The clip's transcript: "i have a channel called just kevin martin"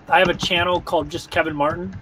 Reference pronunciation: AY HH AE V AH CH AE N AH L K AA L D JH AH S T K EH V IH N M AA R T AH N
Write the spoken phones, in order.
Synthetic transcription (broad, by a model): AY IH V AH CH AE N L K AA L D JH AH S K EH V IH N M AA R T N